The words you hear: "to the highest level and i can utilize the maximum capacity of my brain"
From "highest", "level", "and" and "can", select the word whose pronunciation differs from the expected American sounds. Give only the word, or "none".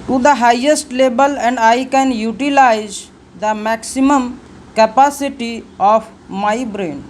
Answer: level